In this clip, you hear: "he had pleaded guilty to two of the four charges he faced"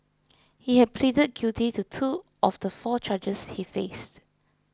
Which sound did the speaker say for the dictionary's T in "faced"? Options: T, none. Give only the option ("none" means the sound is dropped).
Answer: T